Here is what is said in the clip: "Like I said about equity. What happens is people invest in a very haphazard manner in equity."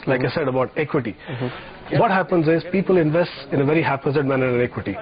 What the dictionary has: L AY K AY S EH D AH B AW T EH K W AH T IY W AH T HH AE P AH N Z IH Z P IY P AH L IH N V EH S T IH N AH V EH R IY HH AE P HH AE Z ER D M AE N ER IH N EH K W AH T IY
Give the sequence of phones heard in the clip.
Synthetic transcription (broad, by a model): L AY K AY S EH D AH B AW T EH K W AH T IY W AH T HH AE P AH N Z IH Z P IY P AH L IH N V EH S T IH N AH V EH R IY HH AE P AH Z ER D M AE N ER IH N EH K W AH T IY